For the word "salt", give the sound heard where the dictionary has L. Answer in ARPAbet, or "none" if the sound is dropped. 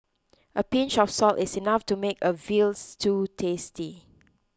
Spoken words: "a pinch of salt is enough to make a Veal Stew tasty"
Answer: L